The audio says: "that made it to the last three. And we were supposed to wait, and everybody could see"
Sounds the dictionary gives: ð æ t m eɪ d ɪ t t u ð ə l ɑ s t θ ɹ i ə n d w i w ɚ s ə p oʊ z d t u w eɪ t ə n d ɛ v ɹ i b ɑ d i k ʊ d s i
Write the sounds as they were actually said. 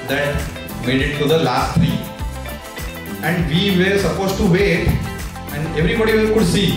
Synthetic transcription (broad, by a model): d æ t m eɪ d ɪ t t u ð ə l ɑ s t t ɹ i ə n d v i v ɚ s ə p oʊ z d t u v eɪ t ə n d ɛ v ɹ i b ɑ d i k ʊ d s i